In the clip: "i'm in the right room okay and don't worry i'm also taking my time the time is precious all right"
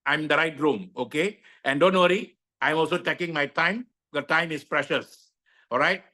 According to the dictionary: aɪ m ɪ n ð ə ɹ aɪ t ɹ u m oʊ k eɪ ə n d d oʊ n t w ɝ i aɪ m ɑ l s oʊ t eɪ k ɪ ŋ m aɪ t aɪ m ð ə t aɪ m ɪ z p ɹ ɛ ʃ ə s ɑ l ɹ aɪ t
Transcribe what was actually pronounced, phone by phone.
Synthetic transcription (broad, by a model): aɪ m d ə ɹ aɪ t ɹ u m oʊ k eɪ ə n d d oʊ n t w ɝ i aɪ m ɑ l s oʊ t eɪ k ɪ ŋ m aɪ t aɪ m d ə t aɪ m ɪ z p ɹ ɛ ʃ ə s ɑ l ɹ aɪ t